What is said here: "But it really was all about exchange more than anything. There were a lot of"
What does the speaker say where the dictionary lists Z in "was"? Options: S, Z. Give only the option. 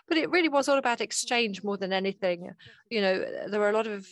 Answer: Z